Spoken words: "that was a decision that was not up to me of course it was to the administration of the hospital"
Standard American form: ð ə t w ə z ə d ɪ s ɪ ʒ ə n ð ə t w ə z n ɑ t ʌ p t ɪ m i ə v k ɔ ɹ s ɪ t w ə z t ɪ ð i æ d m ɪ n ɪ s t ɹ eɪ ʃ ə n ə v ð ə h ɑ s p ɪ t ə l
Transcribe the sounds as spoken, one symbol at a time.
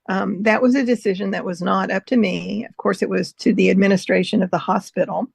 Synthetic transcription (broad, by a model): ð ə t w ə z ə d ɪ s ɪ ʒ ə n ð ə t w ə z n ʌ t ʌ p t ɪ m i ə v k ɔ ɹ s ɪ t w ə z t ɪ ð i æ d m ɪ n ɪ s t ɹ eɪ ʃ ə n ə v ð ə h ɑ s p ɪ t l